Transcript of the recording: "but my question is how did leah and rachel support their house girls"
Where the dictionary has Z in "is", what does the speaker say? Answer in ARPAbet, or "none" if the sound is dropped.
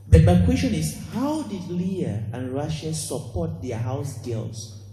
S